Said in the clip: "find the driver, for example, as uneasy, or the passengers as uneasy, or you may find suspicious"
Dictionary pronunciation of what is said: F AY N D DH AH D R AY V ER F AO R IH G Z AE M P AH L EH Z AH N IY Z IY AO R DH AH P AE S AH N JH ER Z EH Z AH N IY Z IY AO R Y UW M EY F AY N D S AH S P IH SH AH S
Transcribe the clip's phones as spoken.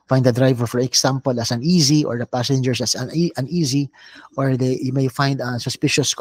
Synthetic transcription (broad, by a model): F AY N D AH D R AY V ER F AO R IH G S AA M P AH L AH S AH N IY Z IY AO R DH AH P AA S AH N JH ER S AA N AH N IY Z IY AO R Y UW M EY F AY N D S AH S P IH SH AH S